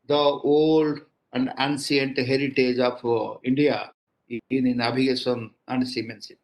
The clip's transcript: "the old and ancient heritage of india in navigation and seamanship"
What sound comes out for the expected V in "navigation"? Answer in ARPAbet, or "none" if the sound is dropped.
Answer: B